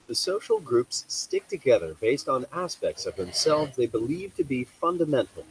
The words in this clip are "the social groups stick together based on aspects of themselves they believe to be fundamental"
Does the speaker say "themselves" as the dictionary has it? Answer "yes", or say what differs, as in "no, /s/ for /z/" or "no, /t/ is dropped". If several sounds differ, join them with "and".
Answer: yes